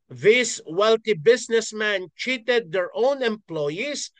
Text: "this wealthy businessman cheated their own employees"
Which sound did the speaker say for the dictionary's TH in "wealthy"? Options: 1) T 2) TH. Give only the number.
1